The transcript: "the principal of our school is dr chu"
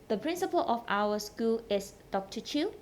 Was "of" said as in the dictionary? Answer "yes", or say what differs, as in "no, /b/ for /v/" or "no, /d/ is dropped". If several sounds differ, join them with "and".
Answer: no, /f/ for /v/